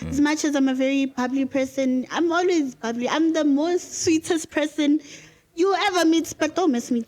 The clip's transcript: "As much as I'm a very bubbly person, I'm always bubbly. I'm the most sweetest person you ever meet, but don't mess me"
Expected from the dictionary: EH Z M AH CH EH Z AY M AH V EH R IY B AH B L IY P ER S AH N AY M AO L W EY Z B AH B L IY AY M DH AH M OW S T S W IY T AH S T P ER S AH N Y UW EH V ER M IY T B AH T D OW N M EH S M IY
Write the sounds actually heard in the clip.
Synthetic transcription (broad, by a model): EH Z M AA CH EH Z AY M AH V EH R IY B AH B L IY P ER S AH N AY M AO L W EY Z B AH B L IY AY M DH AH M OW S T S W IY T AH S T P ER S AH N Y UW EH V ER M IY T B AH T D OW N M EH S M IY